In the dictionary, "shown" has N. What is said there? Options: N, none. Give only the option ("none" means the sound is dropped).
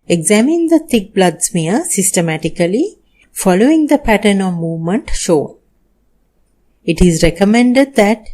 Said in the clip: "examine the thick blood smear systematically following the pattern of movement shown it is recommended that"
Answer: none